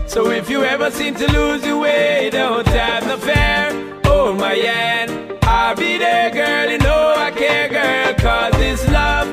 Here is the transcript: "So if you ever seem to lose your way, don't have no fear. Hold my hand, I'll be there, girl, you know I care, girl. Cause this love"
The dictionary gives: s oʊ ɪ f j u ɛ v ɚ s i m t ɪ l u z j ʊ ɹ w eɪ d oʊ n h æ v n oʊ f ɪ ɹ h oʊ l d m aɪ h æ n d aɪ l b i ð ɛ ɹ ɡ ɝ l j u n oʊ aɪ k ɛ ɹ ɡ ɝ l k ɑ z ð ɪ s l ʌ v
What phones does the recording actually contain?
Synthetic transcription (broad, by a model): s oʊ ɪ f j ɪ ɛ v ɚ s i m t ɪ l u z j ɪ w eɪ d oʊ n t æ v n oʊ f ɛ ɹ oʊ m aɪ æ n aɪ l b i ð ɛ ɡ ɝ l j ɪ n oʊ aɪ k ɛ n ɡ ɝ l k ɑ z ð ɪ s l ʌ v